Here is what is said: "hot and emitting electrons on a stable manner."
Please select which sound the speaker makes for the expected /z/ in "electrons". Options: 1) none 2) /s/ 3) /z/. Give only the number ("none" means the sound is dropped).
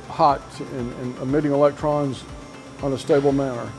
3